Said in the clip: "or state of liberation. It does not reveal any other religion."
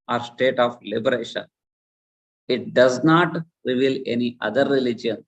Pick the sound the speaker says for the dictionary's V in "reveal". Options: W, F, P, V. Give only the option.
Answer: V